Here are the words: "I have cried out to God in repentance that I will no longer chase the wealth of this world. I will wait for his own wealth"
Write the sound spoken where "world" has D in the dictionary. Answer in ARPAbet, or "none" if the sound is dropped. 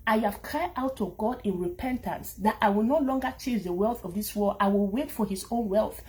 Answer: none